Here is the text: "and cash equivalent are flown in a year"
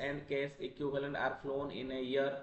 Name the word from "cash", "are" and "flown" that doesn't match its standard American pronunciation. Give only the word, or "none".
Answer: cash